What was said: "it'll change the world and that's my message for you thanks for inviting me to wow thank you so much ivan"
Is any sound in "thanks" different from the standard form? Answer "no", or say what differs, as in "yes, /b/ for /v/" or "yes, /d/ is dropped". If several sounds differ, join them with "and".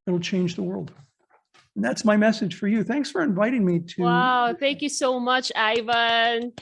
no